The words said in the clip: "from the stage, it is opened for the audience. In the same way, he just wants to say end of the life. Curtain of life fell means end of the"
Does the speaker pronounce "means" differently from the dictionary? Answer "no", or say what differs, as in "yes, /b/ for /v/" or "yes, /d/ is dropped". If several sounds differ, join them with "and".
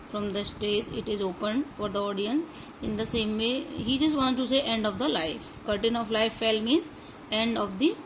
yes, /n/ is dropped